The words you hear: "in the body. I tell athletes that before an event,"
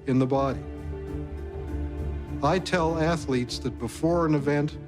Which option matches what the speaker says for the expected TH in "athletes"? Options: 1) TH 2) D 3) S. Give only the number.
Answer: 1